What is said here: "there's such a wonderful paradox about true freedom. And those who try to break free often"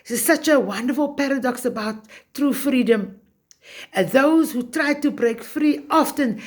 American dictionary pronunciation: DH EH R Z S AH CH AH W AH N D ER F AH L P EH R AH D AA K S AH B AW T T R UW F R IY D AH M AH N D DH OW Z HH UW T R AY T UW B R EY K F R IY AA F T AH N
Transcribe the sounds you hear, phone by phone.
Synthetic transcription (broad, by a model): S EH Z S AH CH AH W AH N D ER F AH L P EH R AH D AA K S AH B AW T T R UW F R IY D AH M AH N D DH OW Z HH UW T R AY T UW B R EY K F R IY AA F T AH N